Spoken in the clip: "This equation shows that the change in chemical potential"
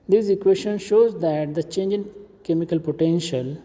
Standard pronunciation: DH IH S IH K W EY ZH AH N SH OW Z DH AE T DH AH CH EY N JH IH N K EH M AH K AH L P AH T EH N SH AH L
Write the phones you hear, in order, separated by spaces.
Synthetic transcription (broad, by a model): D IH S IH K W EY SH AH N SH OW Z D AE T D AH CH EY N JH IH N K EH M AH K AH L P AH T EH N SH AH L